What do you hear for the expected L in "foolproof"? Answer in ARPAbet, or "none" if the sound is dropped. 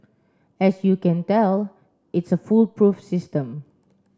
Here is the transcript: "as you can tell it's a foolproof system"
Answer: L